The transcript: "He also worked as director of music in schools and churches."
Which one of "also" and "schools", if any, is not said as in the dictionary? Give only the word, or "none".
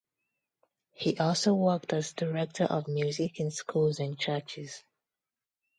none